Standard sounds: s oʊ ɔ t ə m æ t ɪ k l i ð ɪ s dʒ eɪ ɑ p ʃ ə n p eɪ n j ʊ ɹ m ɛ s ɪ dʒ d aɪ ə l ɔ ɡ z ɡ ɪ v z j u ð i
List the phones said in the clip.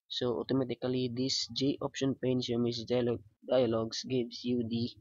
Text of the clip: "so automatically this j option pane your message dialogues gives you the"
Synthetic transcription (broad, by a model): s oʊ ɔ t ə m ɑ t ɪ k l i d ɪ s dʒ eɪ ɑ p ʃ ə n p eɪ n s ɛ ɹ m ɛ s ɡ d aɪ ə l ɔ ɡ s ɡ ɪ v s j u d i